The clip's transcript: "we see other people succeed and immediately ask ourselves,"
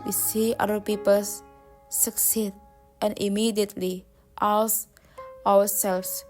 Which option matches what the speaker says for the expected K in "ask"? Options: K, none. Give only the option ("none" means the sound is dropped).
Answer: none